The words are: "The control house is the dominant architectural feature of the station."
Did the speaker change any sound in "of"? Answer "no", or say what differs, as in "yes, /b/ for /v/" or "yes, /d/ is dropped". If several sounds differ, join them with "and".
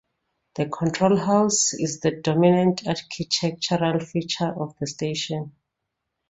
yes, /f/ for /v/